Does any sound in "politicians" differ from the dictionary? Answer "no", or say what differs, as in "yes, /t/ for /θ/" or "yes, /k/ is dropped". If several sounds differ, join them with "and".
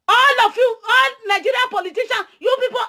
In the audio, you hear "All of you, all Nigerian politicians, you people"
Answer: yes, /z/ is dropped